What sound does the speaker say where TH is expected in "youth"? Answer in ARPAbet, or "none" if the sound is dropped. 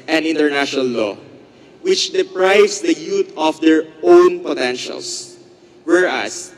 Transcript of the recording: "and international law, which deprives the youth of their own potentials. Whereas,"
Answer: T